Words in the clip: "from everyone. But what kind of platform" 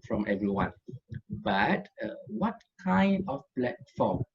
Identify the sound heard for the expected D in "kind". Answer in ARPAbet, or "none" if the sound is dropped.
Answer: D